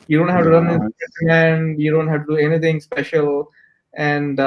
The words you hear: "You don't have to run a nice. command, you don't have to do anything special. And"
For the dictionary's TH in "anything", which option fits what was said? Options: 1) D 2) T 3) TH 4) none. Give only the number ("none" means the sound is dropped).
2